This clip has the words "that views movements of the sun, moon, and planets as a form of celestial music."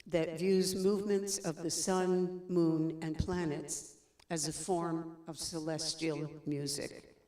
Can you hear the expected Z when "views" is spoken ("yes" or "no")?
yes